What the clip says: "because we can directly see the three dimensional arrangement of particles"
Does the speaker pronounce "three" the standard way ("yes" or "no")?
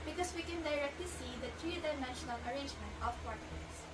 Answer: no